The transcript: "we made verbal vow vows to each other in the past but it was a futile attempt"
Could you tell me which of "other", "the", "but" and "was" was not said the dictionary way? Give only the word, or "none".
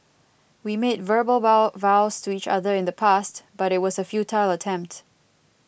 none